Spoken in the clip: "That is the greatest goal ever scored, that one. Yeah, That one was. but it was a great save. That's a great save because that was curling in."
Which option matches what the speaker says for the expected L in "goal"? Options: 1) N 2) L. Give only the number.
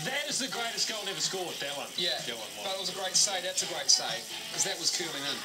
1